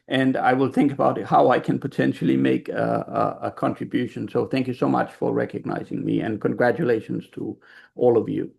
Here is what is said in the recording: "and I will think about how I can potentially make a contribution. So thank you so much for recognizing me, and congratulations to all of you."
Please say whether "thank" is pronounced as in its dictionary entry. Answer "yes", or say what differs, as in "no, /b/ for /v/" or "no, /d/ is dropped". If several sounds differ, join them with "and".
yes